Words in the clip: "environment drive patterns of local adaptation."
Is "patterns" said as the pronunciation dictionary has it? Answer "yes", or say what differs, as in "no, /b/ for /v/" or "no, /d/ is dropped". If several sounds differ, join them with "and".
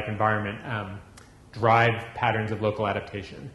yes